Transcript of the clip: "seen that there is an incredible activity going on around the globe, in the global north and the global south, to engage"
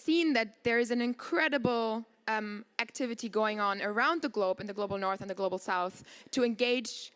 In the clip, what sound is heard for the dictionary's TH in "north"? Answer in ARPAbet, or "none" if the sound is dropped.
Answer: TH